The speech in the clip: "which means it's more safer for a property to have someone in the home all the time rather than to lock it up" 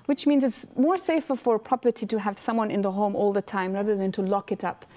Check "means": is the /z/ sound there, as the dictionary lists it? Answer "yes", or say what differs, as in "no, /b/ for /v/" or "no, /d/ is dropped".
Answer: yes